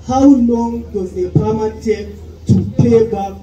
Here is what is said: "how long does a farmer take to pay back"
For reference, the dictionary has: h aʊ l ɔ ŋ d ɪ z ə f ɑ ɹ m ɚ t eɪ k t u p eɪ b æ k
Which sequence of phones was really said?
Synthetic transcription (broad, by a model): h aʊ l ɔ ŋ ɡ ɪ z ə p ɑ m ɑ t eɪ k t u p eɪ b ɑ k